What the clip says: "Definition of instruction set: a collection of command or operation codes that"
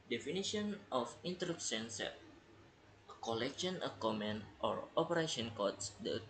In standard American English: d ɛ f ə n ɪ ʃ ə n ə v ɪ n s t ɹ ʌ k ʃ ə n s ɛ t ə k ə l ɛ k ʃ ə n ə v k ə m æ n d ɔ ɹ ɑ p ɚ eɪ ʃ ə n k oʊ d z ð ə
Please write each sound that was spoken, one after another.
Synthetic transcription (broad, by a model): d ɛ f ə n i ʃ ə n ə f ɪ n t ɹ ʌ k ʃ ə n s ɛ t ə k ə l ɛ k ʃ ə n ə k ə m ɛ n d ɔ ɹ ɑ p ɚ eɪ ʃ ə n k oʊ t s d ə